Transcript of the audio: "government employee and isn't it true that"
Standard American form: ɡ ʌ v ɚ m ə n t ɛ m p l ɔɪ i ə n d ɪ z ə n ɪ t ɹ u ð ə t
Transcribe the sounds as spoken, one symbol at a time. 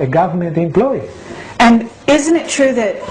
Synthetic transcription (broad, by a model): ɡ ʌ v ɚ m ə n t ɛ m p l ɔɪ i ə n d ɪ z ə n ɪ t ɹ u ð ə t